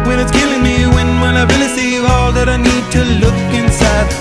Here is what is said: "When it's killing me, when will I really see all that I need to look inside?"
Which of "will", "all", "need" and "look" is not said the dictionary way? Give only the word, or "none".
will